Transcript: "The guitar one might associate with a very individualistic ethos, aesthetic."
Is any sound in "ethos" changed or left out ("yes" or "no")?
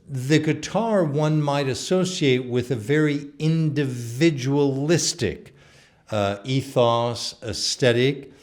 no